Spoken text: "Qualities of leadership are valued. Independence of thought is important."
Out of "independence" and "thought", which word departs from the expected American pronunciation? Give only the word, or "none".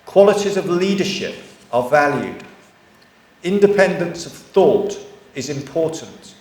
none